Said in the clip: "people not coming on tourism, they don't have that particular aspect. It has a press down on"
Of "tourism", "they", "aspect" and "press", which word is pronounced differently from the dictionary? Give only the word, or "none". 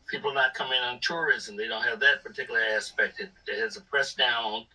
none